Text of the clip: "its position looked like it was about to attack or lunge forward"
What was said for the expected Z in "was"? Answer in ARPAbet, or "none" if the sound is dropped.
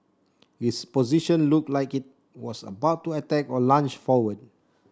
S